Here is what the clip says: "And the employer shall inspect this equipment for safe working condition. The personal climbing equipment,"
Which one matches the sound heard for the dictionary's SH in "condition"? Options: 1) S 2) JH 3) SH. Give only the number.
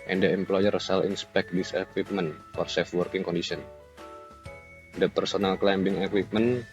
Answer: 1